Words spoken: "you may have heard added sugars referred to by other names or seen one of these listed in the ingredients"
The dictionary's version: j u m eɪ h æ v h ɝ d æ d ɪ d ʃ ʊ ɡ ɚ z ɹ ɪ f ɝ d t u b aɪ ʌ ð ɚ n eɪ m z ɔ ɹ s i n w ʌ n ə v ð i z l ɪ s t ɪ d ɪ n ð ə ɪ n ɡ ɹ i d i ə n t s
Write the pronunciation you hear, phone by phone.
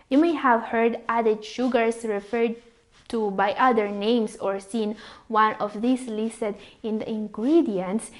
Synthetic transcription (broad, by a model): j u m eɪ h æ v h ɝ d æ d ɪ d ʃ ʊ ɡ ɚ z ɹ ɪ f ɝ d t u b aɪ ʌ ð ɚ n eɪ m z ɔ ɹ s i n w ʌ n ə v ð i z l ɪ s t ɪ d ɪ n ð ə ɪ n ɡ ɹ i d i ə n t s